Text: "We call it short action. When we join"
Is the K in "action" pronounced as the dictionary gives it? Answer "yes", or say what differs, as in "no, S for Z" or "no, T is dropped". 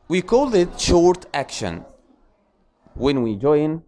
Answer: yes